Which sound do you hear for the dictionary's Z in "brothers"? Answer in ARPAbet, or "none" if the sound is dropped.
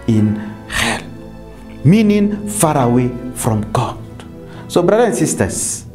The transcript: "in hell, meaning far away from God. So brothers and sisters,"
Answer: none